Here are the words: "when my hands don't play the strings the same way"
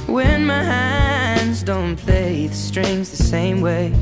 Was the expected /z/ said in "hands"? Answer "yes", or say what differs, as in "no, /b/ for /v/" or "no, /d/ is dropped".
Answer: yes